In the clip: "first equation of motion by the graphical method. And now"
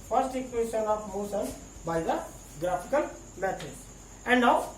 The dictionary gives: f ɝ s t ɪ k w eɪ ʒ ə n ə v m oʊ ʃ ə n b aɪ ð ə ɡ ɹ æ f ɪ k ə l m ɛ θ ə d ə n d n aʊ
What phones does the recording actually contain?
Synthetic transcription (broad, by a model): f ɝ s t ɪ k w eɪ ʃ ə n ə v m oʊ s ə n b aɪ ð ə ɡ ɹ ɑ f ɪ k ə l m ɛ t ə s ə n d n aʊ